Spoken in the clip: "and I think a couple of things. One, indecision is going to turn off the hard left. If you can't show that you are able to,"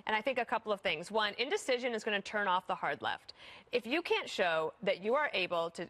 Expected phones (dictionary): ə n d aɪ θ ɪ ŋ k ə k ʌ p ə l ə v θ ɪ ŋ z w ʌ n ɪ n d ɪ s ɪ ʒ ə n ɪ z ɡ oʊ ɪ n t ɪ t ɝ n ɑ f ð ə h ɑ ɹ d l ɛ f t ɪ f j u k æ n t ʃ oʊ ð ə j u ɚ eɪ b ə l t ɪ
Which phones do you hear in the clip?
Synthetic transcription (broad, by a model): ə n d aɪ θ ɪ ŋ k ə k ʌ p l ə v θ ɪ ŋ z w ʌ n ɪ n d ɪ s ɪ ʒ ə n ɪ z ɡ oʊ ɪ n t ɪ t ɝ n ɑ f ð ə h ɑ ɹ d l ɛ f t ɪ f j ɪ k æ n t ʃ oʊ ð ə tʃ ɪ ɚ eɪ b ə l t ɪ